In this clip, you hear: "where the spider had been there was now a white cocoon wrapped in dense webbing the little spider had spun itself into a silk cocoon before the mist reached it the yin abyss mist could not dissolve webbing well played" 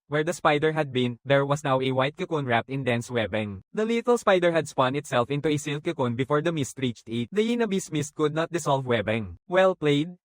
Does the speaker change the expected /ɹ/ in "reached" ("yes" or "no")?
no